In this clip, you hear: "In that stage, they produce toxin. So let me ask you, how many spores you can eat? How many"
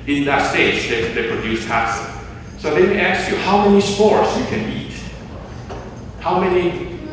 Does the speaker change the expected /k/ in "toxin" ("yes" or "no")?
yes